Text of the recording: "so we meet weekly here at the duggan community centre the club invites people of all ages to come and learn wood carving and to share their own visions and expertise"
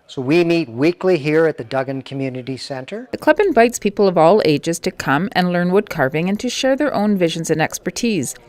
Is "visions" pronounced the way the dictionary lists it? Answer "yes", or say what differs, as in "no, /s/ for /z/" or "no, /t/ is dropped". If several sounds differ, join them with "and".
yes